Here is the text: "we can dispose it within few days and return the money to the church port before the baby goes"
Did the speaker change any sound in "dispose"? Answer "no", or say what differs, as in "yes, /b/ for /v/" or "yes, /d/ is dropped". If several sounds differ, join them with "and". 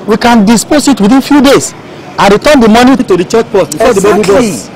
yes, /s/ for /z/